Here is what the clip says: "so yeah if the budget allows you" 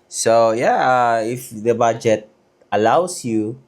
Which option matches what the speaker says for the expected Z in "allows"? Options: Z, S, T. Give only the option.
S